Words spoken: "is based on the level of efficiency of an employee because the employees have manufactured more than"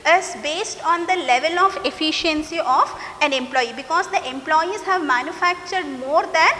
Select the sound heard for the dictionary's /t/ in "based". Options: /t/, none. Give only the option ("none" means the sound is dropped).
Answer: /t/